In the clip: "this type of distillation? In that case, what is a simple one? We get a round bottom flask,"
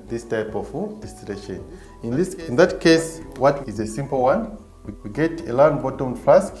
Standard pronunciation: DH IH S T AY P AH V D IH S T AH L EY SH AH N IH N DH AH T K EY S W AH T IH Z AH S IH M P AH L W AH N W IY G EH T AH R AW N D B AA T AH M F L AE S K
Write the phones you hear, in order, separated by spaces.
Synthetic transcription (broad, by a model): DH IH S T AY P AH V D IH S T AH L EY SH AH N IH N DH AH T K EY S W AH T IH Z AH S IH M P L W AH N W IY G EH T AH L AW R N B AA T AH M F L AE S K